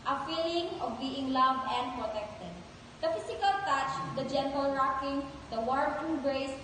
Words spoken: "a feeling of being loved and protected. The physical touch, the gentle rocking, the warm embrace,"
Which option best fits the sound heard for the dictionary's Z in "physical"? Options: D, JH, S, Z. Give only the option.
S